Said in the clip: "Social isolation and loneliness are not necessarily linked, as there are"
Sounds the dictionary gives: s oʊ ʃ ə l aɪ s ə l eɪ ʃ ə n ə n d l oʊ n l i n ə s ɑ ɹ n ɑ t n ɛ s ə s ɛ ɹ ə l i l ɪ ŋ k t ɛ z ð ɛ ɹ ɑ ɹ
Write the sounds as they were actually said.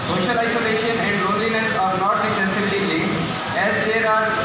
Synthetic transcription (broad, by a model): s oʊ ʃ ə l aɪ s ə l eɪ ʃ ə n ə n d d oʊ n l i n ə s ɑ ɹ n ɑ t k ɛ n s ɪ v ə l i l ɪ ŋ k ɛ z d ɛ ɹ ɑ ɹ